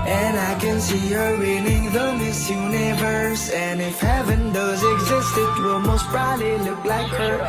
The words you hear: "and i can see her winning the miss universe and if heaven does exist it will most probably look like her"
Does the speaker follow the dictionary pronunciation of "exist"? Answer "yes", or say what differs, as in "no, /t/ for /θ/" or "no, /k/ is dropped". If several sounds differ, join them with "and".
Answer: yes